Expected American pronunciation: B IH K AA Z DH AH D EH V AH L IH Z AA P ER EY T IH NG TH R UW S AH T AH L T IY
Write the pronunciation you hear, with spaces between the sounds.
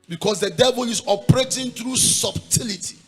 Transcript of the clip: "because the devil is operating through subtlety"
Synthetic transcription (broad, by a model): B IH K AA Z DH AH D EH V AH L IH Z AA P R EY T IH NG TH R UW S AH T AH L T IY